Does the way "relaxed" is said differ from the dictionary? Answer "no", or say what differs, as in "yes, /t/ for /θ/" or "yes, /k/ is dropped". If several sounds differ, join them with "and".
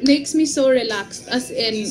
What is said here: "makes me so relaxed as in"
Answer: yes, /t/ is dropped